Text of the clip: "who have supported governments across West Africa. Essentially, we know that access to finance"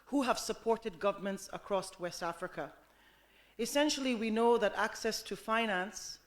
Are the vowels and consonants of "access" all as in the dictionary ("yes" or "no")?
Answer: yes